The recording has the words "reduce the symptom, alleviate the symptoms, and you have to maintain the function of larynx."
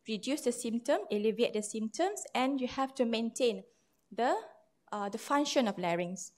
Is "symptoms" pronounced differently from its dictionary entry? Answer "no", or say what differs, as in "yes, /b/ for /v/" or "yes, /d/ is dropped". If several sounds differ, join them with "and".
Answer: yes, /s/ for /z/